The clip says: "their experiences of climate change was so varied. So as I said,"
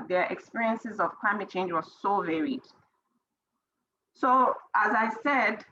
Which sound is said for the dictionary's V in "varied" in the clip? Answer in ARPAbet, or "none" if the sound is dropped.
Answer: V